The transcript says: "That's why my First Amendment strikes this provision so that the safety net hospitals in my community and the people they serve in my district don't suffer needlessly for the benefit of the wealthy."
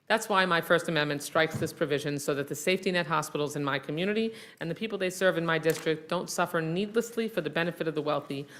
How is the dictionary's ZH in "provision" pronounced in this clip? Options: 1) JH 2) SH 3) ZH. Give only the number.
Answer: 3